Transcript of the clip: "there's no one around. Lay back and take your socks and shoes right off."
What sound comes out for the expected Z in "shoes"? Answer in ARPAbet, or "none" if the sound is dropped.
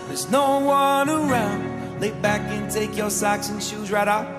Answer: Z